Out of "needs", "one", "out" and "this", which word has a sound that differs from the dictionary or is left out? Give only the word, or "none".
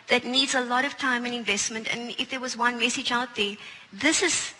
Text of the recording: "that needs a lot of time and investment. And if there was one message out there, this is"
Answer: none